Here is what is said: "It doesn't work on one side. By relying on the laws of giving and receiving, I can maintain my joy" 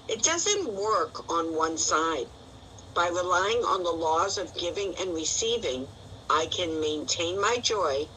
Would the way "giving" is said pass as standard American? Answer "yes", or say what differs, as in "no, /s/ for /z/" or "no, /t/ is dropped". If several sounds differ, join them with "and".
yes